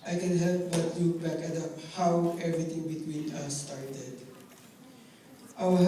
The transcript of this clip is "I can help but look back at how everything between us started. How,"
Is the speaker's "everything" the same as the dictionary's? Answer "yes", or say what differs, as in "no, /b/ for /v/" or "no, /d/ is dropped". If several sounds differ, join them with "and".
no, /t/ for /θ/